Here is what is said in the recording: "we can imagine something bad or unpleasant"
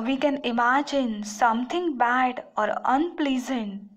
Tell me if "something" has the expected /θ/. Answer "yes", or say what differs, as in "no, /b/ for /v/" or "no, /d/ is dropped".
no, /t/ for /θ/